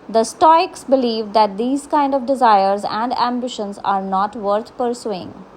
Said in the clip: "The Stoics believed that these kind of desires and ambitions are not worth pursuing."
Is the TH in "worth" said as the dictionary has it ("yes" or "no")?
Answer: no